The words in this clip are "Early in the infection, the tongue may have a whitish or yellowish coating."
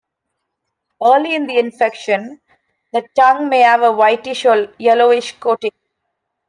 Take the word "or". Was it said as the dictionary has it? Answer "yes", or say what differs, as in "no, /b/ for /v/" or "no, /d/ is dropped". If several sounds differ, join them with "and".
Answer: no, /l/ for /ɹ/